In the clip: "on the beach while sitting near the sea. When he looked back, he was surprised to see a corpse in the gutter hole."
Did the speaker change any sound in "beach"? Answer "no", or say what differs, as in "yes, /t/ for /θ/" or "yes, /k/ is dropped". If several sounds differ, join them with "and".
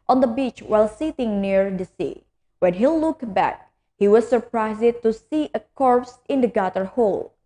no